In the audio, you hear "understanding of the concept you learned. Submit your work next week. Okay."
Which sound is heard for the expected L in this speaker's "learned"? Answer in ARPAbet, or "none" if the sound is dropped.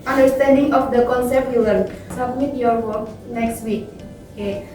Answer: W